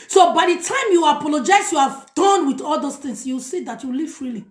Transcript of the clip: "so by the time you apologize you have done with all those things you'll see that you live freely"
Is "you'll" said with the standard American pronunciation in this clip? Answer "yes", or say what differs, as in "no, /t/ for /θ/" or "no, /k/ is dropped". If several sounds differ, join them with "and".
no, /w/ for /l/